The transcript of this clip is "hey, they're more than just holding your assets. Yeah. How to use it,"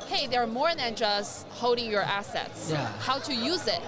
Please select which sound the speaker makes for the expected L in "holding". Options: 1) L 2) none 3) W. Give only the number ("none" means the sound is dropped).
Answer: 2